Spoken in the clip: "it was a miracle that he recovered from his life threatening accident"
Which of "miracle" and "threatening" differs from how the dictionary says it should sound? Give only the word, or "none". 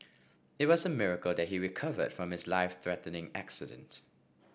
none